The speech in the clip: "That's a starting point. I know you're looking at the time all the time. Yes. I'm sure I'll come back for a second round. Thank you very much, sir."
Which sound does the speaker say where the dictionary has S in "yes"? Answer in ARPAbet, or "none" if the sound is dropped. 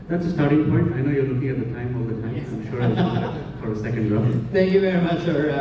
none